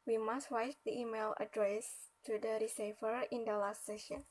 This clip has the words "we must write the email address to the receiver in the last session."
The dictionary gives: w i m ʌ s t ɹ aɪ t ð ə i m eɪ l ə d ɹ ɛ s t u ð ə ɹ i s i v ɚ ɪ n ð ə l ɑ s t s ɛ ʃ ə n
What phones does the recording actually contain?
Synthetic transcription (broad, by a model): w i m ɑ s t w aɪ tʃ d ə i m eɪ l ə d ɹ ɛ s t u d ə ɹ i s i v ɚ ɪ n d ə l ɑ s t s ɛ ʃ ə n